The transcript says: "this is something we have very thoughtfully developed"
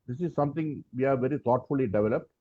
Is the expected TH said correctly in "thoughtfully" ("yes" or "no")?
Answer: no